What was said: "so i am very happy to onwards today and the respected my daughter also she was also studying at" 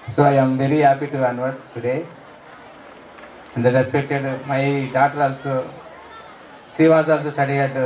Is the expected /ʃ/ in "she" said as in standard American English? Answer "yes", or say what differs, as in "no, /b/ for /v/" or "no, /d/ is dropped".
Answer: no, /s/ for /ʃ/